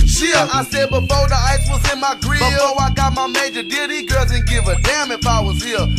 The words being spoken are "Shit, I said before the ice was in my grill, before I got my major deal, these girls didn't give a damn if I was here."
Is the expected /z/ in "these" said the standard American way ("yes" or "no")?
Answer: no